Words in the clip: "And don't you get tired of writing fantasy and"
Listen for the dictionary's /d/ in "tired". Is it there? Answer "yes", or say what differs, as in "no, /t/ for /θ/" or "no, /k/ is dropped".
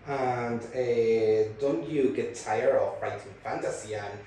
no, /d/ is dropped